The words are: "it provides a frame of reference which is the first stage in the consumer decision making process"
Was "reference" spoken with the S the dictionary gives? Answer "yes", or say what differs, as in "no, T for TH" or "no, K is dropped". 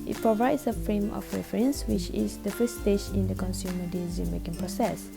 yes